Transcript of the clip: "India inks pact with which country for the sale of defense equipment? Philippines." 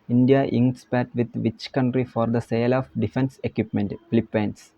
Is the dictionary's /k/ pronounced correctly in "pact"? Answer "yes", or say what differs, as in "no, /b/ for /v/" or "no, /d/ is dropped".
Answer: no, /k/ is dropped